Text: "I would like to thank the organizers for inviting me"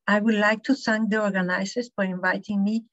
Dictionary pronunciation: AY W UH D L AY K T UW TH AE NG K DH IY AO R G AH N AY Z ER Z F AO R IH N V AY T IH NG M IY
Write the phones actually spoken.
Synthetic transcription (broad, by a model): AY W UH D L AY K T UW S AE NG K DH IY AO R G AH N AY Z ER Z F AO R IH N V AY T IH NG M IY